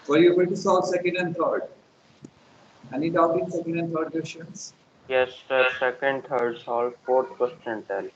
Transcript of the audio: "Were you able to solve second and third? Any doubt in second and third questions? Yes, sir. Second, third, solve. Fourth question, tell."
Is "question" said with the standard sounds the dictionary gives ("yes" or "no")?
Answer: no